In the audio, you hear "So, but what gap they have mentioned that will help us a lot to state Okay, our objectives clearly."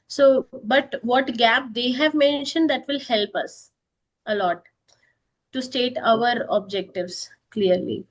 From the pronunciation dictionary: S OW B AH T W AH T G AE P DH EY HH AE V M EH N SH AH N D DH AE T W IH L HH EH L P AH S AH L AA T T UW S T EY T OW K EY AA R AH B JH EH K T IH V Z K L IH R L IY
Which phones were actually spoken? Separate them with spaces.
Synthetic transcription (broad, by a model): S OW B AH T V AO T G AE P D EY HH AE V M EH N SH AH N D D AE T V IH L HH EH L P AH S AH L AA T T UW S T EY T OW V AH R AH B JH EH K T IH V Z K L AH R L IY